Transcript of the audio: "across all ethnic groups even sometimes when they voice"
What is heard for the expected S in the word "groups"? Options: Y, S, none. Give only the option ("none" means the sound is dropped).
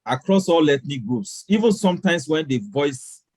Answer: S